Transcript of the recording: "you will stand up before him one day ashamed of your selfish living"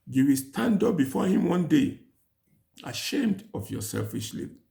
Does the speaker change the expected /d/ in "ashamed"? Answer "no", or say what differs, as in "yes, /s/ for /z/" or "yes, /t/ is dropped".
no